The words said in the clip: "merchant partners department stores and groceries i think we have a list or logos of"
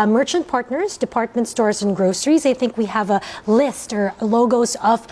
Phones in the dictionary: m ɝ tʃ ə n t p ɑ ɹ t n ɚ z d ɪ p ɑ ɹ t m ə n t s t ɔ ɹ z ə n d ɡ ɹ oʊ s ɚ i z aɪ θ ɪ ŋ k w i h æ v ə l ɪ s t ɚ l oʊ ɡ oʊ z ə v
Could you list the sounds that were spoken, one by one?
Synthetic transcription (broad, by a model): m ɝ tʃ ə n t p ɑ ɹ t n ɚ z d ɪ p ɑ ɹ t m ə n t s t ɔ ɹ z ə n ɡ ɹ oʊ s ɚ i z aɪ θ ɪ ŋ k w i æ v ə l ɪ s t ɚ l oʊ ɡ oʊ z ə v